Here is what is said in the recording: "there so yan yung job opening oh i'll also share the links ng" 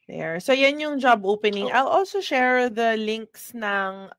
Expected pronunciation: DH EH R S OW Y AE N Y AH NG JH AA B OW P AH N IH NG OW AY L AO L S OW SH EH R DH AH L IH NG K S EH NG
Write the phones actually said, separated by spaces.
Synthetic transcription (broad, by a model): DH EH R S OW Y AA N Y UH NG JH AA B OW P AH N IH NG AY L AO L S OW SH EH R DH AH L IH NG K S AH NG